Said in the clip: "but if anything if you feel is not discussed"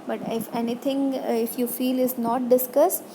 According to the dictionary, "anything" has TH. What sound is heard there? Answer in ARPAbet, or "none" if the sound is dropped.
T